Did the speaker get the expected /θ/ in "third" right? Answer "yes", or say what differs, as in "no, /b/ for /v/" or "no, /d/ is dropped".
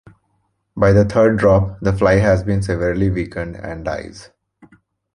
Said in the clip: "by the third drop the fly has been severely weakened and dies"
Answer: no, /t/ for /θ/